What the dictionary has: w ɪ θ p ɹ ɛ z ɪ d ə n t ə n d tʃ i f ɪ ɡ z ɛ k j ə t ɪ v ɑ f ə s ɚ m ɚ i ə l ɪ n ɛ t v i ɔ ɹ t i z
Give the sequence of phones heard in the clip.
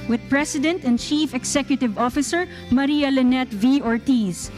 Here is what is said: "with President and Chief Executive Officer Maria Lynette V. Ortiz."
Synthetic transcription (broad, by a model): w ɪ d p ɹ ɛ s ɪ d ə n t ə n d tʃ i f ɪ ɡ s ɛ k j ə t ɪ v ɑ f ə s ɚ m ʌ i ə l ɪ n ɛ t v i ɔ ɹ t i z